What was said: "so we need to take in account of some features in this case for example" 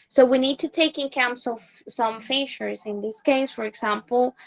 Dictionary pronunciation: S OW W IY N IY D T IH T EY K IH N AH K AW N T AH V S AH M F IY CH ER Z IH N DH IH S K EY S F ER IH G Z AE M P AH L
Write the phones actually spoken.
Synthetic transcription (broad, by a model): S OW W IY N IY D T IH T EY K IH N K AW N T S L S AH M F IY SH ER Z IH N DH IH S K EY S F ER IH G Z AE M P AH L